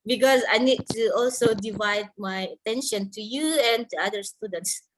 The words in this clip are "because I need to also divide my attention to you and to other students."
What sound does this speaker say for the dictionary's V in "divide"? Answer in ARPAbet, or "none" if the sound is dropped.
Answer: V